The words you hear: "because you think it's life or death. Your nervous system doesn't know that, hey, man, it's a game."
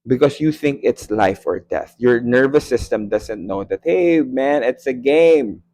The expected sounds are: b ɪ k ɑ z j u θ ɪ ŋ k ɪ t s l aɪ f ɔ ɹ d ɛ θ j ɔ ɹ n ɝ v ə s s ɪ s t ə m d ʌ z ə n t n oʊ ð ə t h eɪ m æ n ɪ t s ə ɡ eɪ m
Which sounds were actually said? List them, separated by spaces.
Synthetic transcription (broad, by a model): b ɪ k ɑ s j u θ ɪ ŋ k ɪ t s l aɪ f ɔ ɹ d ɛ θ j ɔ ɹ n ɝ v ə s s ɪ s t ə m d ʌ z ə n t n oʊ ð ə t h eɪ m æ n ɪ t s ə ɡ eɪ m